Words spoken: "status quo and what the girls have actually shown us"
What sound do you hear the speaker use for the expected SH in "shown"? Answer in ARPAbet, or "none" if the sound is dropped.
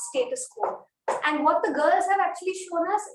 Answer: SH